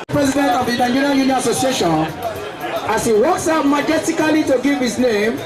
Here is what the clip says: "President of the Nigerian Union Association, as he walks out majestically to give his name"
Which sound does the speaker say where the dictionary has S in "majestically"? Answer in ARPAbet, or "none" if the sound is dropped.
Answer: none